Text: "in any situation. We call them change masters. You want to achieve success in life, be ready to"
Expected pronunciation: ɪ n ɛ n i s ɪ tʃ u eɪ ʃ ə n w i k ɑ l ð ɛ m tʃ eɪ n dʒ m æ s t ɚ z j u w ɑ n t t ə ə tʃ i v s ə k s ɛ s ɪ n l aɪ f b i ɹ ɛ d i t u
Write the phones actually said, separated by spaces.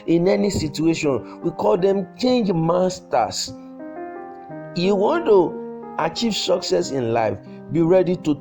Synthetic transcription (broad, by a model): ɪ n ɛ n i s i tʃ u eɪ ʃ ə n w i k ɑ l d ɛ m tʃ eɪ n dʒ m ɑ s t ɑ s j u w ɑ n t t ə ə tʃ i v s ə k s ɛ s ɪ n l aɪ f b i ɹ ɛ d i t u